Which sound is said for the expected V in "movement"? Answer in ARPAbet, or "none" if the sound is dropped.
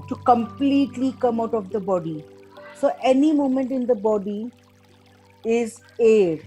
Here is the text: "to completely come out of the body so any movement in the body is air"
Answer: none